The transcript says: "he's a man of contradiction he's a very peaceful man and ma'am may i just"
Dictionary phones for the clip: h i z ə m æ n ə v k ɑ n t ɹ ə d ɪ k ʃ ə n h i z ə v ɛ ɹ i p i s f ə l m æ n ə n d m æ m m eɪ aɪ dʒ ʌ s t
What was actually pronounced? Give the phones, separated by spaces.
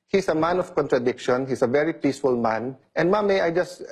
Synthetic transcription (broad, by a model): h i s ə m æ n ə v k ɑ n t ɹ ə d ɪ k ʃ ə n h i s ə v ɛ ɹ i p i s f ə l m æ n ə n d m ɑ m m eɪ aɪ dʒ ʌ s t